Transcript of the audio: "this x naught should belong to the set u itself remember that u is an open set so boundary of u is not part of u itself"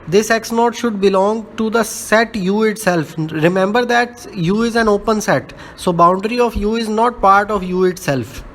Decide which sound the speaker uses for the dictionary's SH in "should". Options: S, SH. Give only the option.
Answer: SH